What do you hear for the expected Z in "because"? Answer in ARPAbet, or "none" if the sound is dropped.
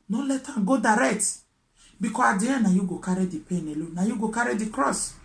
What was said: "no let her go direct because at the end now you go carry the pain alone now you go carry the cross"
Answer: none